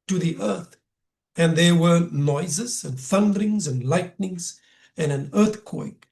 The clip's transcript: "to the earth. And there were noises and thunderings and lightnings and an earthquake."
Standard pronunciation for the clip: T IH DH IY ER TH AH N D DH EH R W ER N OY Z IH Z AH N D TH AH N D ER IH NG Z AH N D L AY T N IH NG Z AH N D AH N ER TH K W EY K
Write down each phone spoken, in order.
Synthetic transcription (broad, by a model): T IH DH IY ER TH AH N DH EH R W ER N OY Z IH Z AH N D TH AH N D ER IH NG Z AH N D L AY T N IH NG Z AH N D AH N ER TH K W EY K